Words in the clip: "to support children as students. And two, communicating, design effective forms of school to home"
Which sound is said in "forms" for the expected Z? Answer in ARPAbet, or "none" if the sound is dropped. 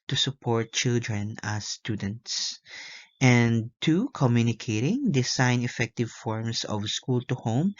S